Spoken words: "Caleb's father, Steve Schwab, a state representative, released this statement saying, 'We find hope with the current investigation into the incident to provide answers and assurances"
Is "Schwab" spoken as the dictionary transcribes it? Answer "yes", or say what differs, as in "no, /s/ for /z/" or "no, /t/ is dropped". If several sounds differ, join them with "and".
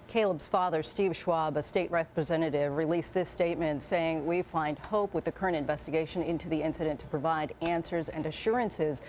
yes